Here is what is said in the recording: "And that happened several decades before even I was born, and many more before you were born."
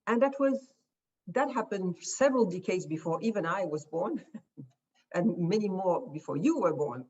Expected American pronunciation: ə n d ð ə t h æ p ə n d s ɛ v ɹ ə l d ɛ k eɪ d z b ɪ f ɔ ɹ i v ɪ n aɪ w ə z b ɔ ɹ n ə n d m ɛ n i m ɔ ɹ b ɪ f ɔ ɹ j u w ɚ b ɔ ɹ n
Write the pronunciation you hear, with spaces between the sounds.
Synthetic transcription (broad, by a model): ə n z ð ə t h æ p ə n d s ɛ v ɹ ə l d ɛ k eɪ d z b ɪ f ɔ ɹ i v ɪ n aɪ w ə z b ɔ ɹ n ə n m ɛ n i m ɔ ɹ b ɪ f ɔ ɹ j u w ɚ b ɔ ɹ n